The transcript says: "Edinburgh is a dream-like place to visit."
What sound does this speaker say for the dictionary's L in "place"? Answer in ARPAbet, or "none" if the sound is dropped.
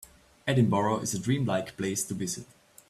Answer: L